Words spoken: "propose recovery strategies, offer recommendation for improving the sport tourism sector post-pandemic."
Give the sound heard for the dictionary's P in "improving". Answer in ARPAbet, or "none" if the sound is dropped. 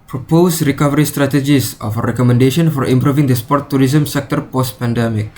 P